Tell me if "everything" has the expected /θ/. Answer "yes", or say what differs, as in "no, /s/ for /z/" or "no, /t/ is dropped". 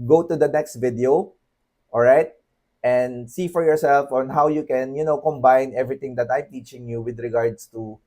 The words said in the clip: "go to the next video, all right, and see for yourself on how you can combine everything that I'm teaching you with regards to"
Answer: no, /t/ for /θ/